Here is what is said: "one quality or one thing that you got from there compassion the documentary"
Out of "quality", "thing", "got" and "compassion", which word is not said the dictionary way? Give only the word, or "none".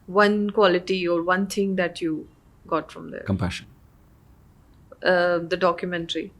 thing